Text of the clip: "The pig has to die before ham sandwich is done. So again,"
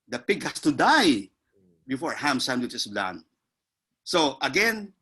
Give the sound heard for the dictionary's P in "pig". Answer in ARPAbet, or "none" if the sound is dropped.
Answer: P